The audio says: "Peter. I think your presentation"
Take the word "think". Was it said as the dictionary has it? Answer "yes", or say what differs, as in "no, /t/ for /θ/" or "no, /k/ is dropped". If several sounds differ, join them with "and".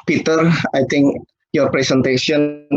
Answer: no, /t/ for /θ/